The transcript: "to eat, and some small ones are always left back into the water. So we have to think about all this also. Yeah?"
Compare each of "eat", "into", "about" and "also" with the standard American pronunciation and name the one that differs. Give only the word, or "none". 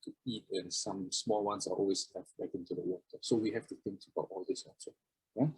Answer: also